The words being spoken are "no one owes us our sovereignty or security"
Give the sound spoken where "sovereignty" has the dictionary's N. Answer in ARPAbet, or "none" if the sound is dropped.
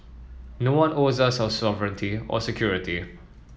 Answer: N